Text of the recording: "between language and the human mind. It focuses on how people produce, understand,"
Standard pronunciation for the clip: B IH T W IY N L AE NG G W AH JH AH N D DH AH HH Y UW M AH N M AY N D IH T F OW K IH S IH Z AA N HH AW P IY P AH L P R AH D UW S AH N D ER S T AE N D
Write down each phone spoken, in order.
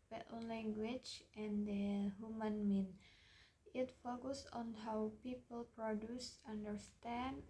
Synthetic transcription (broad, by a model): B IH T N L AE NG G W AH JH AH N D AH HH Y UW M AH N M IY N IH T F OW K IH S AA N HH AW P IY P AH L P R AH D UW S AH N D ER S T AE N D